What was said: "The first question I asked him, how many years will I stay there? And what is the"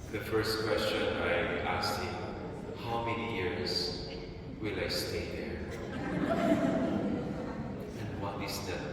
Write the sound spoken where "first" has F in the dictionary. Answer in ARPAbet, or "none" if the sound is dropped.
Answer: F